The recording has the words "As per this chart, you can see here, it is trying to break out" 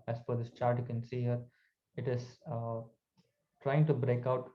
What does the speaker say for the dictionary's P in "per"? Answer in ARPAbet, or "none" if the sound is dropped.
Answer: F